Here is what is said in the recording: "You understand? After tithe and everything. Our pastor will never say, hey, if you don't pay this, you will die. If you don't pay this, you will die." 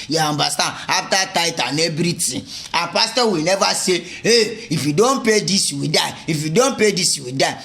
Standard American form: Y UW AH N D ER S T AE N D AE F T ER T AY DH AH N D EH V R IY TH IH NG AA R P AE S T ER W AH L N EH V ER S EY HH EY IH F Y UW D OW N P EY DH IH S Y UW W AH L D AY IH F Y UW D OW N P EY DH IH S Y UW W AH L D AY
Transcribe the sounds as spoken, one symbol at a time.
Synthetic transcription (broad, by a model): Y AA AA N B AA S T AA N AA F T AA T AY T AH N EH B R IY T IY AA P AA S T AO W AH L N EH V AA S EY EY IH F Y UW D OW N P EY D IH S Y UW W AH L D AY IH F Y UW D OW N P EY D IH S Y UW W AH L D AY